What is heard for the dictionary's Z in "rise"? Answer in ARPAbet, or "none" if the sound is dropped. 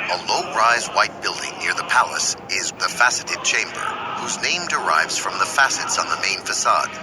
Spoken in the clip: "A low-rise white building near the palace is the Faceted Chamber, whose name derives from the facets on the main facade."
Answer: Z